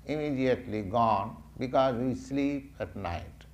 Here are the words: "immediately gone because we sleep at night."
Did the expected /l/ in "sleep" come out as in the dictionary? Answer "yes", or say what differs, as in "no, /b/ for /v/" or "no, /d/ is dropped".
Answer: yes